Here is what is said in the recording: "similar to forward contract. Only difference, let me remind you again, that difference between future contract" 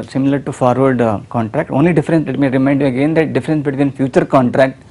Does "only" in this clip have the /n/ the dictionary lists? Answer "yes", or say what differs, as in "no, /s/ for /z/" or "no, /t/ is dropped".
yes